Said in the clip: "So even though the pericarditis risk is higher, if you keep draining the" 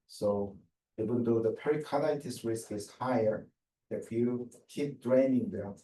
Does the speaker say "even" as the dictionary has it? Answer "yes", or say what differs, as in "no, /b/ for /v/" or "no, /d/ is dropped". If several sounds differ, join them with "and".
no, /w/ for /v/